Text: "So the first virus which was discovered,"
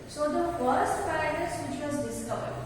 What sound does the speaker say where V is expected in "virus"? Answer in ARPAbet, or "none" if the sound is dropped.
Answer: P